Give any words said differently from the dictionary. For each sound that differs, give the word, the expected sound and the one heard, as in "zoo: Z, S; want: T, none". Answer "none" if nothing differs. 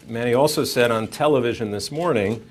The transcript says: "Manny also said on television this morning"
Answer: none